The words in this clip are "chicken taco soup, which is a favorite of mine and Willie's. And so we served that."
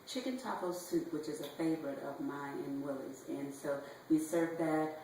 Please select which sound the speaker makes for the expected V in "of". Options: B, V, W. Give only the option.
V